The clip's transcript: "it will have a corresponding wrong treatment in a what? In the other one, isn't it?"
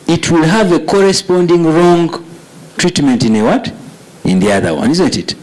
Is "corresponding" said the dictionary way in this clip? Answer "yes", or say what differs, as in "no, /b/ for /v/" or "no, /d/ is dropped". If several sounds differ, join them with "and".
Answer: yes